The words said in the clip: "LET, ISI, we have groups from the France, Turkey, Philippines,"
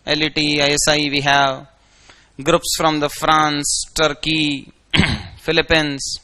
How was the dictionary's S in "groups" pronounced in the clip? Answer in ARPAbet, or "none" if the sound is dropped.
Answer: S